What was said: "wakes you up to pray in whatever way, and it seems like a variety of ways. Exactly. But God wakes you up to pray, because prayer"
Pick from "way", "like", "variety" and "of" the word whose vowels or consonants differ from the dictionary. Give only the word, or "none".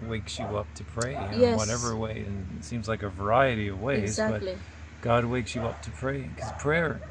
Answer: none